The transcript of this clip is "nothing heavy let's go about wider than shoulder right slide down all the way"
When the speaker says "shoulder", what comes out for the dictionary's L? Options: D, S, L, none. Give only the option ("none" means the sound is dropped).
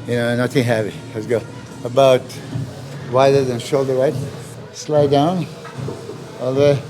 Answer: L